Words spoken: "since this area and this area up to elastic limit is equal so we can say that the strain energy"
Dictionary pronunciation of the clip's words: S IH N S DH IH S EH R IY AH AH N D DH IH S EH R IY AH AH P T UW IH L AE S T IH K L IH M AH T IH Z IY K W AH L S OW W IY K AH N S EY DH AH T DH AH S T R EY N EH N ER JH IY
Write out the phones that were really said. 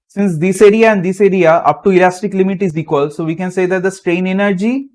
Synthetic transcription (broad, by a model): S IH N S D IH S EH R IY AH AH N D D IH S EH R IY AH AH P T UW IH L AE S T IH K L IH M AH T IH Z IY K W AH L S OW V IY K AH N S EY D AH T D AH S T R EY N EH N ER JH IY